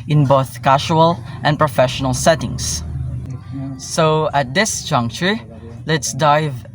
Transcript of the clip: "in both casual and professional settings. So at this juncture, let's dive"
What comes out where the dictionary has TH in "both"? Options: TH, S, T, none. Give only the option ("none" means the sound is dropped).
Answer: TH